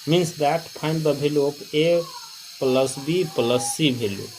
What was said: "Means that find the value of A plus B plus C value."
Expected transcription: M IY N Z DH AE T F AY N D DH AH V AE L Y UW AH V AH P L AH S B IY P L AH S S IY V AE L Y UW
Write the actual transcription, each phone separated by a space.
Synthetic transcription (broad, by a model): M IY N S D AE T P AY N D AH B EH L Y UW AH P AH P L AH S B IY P L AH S S IY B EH L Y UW